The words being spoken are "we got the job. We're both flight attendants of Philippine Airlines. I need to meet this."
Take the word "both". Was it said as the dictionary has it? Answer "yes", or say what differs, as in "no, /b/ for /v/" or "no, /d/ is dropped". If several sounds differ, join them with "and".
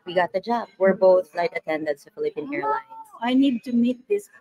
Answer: yes